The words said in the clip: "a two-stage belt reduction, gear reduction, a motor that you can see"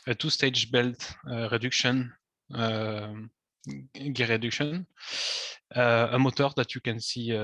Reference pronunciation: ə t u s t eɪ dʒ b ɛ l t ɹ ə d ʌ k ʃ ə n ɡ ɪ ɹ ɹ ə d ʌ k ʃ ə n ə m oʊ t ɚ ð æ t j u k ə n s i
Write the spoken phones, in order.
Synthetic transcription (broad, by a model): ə t u s t eɪ dʒ b ɛ l t ɹ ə d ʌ k ʃ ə n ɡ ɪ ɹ ɹ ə d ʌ k ʃ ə n ə m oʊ t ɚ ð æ t j u k ə n s i